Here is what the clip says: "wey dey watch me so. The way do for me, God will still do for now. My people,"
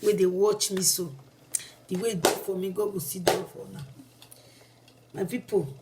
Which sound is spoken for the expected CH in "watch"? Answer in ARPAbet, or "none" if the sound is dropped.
CH